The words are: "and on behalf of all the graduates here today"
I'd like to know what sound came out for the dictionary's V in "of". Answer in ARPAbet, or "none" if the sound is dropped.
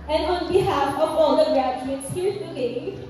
B